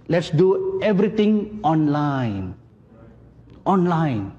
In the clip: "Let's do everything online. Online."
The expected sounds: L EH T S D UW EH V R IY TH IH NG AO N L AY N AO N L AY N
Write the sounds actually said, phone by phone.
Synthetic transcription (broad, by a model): L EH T S D UW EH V R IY T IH NG AO N L AY N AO N L AY N